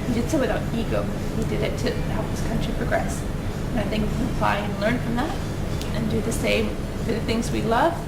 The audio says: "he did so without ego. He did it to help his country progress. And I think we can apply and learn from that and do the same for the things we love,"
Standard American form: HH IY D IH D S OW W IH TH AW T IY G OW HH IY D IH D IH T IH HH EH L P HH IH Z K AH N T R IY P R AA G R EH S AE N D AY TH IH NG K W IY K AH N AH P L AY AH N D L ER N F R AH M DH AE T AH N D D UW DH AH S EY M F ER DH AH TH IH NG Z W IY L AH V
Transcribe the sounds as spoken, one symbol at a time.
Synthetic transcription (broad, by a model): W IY D IH D S OW W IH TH AW T IY G OW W IY D IH D IH T IH HH EH L P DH IH S K AH N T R IY P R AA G R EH S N AY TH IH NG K W IY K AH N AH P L AY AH N L ER N F R AH M DH AE T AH N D D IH DH AH S EY M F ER DH AH TH IH NG Z W IY L AH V